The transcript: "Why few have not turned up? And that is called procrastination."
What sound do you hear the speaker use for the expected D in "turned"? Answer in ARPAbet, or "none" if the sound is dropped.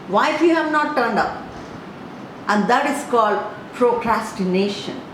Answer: D